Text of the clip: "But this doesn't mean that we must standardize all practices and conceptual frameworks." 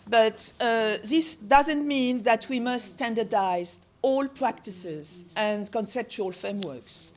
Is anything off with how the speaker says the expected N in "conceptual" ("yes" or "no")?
no